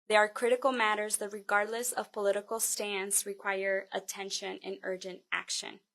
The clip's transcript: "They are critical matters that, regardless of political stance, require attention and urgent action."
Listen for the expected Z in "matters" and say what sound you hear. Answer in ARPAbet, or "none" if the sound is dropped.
Z